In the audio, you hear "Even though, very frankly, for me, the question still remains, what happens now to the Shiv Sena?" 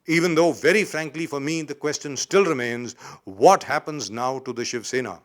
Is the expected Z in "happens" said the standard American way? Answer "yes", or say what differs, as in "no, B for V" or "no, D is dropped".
yes